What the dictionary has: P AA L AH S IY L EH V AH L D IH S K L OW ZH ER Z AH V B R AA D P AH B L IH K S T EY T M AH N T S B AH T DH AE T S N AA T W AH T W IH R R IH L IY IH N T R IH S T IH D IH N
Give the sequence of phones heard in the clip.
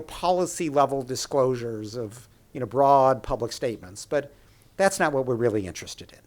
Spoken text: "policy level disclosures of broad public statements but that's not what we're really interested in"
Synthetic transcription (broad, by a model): P AA L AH S IY L EH V L D IH S K L OW ZH ER Z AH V B R AA D P AH B L IH K S T EY T M AH N T S B AH T DH AE T S N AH T W AH T W IH R R IH L IY IH N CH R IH S T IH D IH N